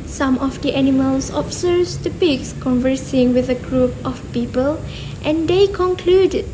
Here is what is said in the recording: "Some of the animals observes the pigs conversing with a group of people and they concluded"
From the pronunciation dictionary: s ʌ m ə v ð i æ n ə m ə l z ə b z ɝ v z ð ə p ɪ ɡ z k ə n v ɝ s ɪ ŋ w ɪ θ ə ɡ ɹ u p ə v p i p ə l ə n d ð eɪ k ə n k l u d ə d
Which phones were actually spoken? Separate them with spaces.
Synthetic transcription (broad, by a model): s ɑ m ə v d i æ n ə m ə l s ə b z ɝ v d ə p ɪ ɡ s k ə n v ɝ s ɪ ŋ w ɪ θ ə ɡ ɹ u p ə f p i p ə l ə n d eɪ k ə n k l u d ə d